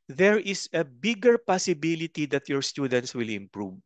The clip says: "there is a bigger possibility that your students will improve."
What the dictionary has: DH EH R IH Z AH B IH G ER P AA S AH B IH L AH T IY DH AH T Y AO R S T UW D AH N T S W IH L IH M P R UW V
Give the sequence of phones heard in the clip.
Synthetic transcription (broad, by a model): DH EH R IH S AH B IH G ER P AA S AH B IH L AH T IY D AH T Y AO R S T UW D AH N T S W IH L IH M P R UW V